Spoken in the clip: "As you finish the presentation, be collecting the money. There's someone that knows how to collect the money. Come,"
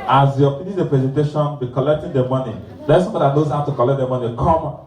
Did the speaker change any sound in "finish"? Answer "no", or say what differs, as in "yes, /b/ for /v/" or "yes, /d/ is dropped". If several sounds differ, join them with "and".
yes, /p/ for /f/